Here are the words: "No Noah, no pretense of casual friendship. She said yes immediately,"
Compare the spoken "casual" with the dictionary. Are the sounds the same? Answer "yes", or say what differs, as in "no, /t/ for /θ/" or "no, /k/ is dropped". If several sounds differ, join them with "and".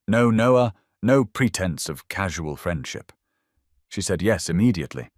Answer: yes